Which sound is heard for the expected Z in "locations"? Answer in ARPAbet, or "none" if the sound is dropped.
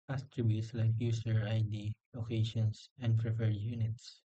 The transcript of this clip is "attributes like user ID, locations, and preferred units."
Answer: S